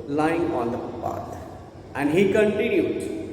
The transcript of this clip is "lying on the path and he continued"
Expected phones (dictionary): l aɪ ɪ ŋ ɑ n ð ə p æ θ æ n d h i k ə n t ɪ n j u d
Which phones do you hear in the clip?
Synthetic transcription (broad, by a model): l aɪ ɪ ŋ ɑ n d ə p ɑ t æ n d h i k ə n t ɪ n j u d